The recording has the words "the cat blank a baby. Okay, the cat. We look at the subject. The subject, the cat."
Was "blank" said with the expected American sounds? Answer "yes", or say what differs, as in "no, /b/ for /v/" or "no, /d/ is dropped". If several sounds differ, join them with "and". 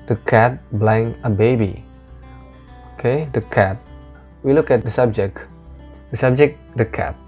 no, /k/ is dropped